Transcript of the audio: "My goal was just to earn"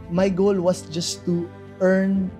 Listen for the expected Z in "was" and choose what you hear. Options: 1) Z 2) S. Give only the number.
2